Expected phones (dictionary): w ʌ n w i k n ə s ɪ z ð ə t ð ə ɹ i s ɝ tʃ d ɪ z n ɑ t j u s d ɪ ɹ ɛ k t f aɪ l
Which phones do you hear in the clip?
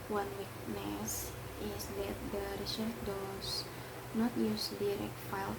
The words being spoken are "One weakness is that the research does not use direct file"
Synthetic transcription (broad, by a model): w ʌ n w i k n ə s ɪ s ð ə t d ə ɹ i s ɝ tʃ d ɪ s n ɑ t j u s d ɪ ɹ ɛ k t f aɪ l